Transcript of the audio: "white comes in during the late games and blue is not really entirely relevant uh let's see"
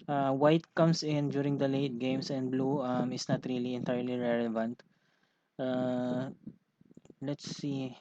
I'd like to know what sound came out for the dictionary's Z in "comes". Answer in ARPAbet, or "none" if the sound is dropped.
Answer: S